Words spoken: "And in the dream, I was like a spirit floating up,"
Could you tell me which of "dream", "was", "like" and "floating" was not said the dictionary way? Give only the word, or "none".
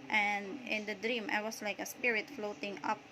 was